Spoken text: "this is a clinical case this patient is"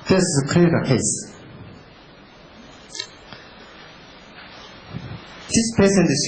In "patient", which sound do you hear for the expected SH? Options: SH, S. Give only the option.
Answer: S